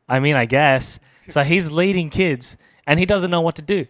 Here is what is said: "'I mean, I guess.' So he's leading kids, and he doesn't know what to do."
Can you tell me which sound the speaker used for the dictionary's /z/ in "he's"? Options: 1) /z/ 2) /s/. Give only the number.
1